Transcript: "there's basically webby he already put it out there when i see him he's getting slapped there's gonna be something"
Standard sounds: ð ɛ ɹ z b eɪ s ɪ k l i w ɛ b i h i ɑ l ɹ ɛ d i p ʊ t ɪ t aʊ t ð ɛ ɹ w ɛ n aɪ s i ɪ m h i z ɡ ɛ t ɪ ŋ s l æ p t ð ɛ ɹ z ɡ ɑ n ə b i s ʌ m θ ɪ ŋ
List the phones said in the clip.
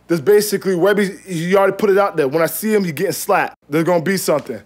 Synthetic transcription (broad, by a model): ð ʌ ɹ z b eɪ s ɪ k l i w ɛ b i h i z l ɹ ɛ d i p ʊ t ɪ t aʊ t ð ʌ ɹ w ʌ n aɪ s i ɪ m h i z ɡ ɛ t ɪ ŋ s l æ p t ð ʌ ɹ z ɡ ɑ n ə b i s ʌ m θ ɪ ŋ